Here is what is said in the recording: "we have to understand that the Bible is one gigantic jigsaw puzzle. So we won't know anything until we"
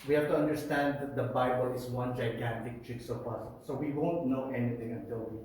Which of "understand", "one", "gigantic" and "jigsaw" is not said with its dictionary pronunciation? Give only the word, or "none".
jigsaw